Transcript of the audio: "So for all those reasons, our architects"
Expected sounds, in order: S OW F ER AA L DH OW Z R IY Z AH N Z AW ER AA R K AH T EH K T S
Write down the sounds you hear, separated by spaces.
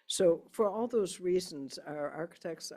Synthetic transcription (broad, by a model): S OW F ER AA L DH OW Z R IY Z AH N Z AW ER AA R K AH T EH K T S